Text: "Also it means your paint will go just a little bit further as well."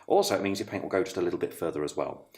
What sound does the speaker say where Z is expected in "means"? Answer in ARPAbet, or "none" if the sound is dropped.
Z